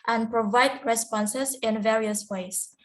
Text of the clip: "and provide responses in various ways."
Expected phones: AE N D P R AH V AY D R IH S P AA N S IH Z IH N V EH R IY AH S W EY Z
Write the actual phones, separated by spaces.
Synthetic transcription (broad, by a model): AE N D P R AH V AY D R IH S P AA N S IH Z IH N V EH R IY AH S W EY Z